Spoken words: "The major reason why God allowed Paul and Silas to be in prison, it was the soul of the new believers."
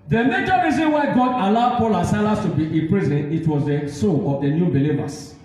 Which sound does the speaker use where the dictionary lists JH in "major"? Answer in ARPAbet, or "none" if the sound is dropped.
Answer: CH